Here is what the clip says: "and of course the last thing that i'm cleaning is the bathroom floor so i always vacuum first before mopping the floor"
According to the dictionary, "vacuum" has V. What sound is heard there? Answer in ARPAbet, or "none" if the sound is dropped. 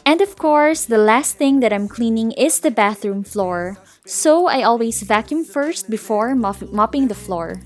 V